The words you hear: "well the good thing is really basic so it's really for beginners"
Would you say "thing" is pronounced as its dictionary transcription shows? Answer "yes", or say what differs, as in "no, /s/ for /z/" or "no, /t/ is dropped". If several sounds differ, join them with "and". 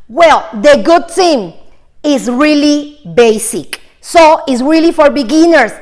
no, /t/ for /θ/